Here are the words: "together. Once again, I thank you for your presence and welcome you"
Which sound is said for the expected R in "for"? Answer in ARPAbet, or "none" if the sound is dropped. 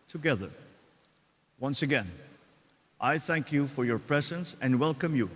R